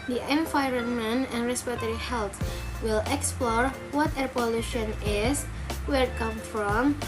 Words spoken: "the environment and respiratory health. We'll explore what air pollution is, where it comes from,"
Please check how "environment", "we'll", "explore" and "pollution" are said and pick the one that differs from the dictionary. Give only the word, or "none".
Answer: environment